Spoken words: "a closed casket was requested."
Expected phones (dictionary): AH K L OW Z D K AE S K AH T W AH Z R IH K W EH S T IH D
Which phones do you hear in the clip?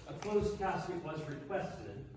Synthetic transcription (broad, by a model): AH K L OW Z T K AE S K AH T W AH Z R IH K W EH S T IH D